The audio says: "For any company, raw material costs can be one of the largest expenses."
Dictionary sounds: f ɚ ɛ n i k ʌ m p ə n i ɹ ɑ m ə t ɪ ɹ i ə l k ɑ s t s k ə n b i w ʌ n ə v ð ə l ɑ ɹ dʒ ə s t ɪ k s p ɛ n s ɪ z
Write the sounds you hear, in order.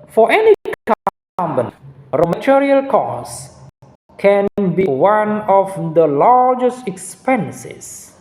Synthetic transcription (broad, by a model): f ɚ ɛ n i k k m b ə n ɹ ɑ m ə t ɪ ɹ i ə l k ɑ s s k ə n b i w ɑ n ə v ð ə l ɑ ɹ dʒ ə s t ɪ k s p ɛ n s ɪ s